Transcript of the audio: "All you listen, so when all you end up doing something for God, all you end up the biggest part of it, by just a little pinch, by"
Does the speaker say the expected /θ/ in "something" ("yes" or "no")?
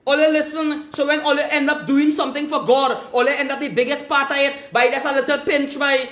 no